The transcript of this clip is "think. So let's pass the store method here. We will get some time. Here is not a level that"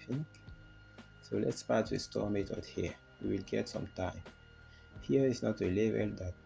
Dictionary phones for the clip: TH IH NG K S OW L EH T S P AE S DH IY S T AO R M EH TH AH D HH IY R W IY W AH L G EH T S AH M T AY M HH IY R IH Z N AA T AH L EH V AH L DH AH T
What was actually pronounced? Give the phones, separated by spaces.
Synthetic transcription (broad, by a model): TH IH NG K S OW L EH T S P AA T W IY S T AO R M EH T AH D HH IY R W IY W AH L G EH T S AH M T AY M HH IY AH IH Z N AA T AH L EH V AH L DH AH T